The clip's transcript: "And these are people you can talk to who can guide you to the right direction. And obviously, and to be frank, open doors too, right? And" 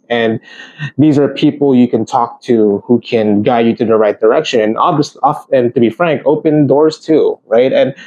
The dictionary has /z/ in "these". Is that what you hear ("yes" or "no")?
yes